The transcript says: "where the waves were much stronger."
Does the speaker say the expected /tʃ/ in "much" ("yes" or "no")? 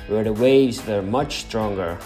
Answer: yes